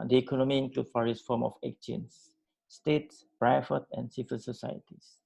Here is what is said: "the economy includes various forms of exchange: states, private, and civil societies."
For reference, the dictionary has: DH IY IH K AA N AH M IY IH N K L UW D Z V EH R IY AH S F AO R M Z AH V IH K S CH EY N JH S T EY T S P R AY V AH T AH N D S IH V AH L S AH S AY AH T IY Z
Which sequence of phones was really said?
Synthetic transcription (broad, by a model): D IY IH K AA N AH M IY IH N K L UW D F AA R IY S F AO M AH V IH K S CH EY N S T EY T S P R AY F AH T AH N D S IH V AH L S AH S AY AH T IY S